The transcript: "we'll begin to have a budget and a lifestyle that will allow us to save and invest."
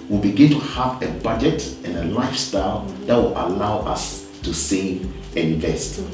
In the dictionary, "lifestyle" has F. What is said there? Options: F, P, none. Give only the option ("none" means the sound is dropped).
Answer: F